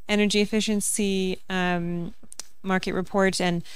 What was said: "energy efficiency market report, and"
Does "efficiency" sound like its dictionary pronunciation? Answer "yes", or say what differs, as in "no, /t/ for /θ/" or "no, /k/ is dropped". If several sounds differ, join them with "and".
yes